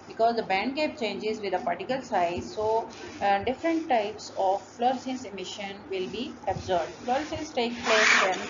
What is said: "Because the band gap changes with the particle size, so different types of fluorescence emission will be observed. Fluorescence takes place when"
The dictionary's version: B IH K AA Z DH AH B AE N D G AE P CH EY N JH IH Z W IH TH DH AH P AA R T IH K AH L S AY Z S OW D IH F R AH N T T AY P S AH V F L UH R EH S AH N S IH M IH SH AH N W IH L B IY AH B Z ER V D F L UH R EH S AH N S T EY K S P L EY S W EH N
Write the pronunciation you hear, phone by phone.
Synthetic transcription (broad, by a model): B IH K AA Z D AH B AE N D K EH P CH EY N JH IH Z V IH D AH P AA R T IH K AH L S AY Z S OW D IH F R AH N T T AY P S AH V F L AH R S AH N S IH M IH SH AH N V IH L B IY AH B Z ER B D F L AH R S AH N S T EY K P L EY S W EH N